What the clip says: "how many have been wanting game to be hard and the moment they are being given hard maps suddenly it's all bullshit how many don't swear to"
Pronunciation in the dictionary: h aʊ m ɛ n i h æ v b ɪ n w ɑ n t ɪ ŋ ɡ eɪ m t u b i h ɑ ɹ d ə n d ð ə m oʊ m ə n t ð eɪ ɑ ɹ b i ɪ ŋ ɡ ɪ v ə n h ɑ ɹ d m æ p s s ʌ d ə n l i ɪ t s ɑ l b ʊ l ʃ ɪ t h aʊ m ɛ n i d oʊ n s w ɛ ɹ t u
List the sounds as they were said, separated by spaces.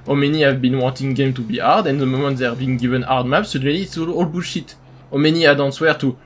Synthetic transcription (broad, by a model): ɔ m ɛ n i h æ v b ɪ n w ɑ n t ɪ ŋ ɡ eɪ m t u b i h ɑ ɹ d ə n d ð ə m oʊ m ə n t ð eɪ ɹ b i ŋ ɡ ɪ v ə n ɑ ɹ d m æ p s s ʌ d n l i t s ɑ l b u ʃ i t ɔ m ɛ n i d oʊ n s w ɛ ɹ t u